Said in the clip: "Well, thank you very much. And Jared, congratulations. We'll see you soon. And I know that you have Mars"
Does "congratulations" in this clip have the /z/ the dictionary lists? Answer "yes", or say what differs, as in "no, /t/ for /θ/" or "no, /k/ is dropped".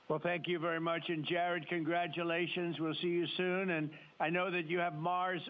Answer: yes